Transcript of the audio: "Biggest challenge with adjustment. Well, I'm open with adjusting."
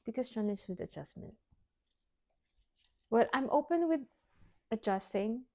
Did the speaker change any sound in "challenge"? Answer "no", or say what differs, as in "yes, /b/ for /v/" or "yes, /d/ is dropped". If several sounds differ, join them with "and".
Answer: yes, /n/ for /l/